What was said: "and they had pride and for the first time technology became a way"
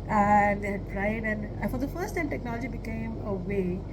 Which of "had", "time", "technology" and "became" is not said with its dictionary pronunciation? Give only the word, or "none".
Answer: none